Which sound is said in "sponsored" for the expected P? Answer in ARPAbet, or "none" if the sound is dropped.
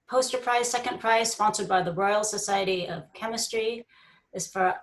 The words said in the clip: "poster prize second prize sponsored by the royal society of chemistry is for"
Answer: F